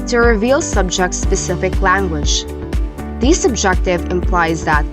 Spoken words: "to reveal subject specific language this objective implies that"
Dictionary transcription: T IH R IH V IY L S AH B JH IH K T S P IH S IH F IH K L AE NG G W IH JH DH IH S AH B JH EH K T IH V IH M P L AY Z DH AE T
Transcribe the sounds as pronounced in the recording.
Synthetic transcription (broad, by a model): T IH R IH V IY L S AH B JH IH K T S P IH S IH F IH K L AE NG G W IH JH DH IH S AH B JH EH K T IH V IH M P L AY Z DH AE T